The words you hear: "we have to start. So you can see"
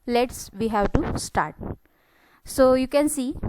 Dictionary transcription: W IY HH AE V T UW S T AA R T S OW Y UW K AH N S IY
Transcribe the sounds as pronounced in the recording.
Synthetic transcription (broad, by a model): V IY HH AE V T UW S T AA R T S OW Y UW K AH N S IY